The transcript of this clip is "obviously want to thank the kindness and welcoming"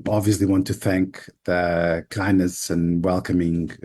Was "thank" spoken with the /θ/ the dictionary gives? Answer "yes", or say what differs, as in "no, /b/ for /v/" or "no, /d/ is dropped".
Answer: yes